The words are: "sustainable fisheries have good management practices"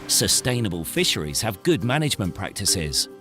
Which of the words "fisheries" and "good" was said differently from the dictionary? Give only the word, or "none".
none